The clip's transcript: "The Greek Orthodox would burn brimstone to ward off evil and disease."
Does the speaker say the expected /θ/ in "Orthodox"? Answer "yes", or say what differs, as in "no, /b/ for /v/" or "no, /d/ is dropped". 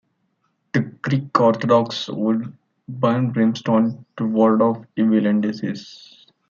no, /t/ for /θ/